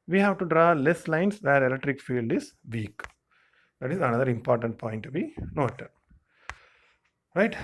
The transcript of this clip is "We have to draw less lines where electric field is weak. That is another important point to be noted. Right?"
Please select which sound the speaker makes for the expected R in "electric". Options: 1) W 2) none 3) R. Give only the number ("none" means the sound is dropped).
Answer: 3